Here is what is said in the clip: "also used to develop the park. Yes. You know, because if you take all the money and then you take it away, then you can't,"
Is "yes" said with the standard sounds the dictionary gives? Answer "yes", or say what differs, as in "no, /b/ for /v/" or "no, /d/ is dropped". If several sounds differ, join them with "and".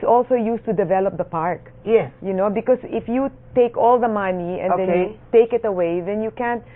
no, /s/ is dropped